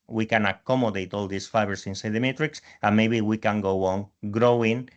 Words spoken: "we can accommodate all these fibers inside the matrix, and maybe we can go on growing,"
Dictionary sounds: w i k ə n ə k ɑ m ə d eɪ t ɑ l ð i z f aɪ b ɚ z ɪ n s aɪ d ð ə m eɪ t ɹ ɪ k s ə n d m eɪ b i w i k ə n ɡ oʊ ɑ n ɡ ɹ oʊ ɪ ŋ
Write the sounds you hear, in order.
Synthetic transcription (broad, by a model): w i k ə n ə k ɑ m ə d eɪ t ɑ l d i s f aɪ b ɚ s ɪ n s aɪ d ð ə m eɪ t ɹ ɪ k s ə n m eɪ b i w i k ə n ɡ oʊ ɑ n ɡ ɹ oʊ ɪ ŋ